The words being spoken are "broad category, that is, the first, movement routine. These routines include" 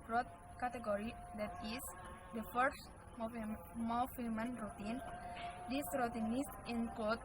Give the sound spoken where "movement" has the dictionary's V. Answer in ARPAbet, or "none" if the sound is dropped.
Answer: F